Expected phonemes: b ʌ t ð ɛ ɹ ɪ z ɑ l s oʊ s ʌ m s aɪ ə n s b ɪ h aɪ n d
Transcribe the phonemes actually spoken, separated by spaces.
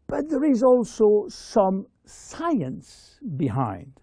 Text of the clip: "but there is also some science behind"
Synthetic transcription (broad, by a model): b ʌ t ð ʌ ɹ ɪ z ɑ l s oʊ s ʌ m s aɪ ə n s b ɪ h aɪ n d